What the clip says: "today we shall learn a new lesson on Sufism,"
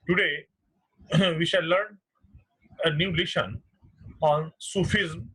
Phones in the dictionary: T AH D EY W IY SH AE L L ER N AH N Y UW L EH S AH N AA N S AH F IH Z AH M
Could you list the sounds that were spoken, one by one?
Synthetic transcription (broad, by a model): T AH D EY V IY SH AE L L ER N AH N Y UW L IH SH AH N AA N S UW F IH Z M